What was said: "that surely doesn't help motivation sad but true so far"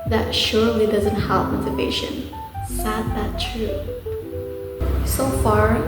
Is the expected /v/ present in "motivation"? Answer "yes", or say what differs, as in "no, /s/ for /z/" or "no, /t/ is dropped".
no, /p/ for /v/